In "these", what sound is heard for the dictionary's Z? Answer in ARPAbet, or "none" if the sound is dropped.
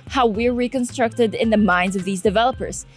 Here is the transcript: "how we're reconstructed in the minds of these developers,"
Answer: Z